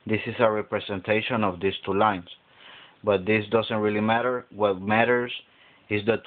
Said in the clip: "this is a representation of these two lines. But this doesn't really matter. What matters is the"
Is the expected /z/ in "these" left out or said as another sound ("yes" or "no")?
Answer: yes